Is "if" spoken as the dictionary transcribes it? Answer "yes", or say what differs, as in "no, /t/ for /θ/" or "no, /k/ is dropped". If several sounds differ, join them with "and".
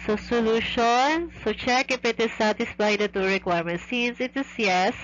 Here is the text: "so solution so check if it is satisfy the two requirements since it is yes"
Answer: no, /p/ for /f/